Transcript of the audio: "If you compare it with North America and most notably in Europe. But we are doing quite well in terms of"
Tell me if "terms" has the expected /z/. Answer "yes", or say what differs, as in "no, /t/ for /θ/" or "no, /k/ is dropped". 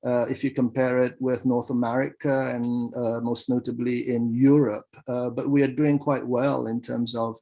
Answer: yes